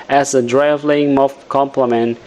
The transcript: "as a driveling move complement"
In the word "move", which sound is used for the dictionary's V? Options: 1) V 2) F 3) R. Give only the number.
2